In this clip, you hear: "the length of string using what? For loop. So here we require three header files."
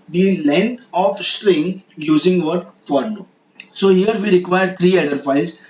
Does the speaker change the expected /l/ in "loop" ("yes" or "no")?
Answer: yes